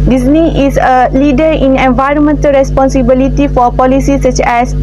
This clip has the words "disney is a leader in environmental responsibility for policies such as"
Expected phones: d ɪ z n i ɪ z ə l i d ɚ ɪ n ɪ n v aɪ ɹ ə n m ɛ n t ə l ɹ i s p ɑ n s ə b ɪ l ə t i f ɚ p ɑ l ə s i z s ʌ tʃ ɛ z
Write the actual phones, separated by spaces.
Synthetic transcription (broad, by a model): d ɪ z n i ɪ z ə l i d ɚ ɪ n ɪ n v aɪ ɹ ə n m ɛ n t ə l ɹ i s p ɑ n s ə b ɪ l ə t i f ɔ p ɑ l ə s i s ʌ tʃ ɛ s